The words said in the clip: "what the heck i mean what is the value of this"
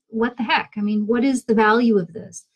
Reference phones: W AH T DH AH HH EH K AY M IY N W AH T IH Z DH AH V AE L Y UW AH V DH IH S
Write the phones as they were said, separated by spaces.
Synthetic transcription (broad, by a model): W AH T DH AH HH EH K AY M IY N W AH T IH Z DH AH V AE L Y UW AH V DH IH S